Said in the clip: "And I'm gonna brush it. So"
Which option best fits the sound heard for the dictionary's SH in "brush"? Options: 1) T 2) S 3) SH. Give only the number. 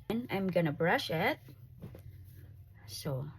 3